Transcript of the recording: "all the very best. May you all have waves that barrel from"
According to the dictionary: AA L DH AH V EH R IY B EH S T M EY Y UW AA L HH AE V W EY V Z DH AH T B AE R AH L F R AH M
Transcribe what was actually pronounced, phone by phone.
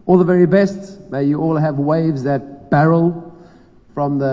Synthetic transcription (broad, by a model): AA L DH AH V EH R IY B EH S T M EY Y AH AA L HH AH V W EY V Z DH AH T B AE R AH L F R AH M